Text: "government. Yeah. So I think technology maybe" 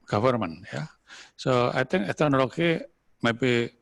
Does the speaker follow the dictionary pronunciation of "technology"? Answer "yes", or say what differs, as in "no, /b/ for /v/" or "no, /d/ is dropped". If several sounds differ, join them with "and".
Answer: no, /k/ is dropped